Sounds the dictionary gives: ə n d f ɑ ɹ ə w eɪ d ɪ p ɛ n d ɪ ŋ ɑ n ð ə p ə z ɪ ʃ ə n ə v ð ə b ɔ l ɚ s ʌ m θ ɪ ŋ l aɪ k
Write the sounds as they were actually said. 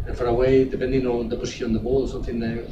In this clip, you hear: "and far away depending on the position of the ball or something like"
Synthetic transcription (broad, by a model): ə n f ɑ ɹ ə w eɪ d ɪ p ɛ n d ɪ ŋ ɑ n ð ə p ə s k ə ə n ð ə b ɔ l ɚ s ʌ m θ ɪ ŋ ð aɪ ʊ